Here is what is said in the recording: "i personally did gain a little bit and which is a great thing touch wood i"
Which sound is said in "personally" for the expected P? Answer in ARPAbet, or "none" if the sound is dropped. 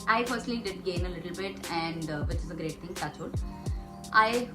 F